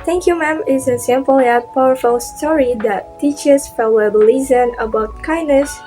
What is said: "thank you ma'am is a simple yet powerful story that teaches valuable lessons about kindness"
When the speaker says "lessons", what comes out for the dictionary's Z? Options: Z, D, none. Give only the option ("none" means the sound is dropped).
none